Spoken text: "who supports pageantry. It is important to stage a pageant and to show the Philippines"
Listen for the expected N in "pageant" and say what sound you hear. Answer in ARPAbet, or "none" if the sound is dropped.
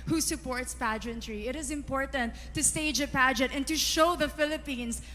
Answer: none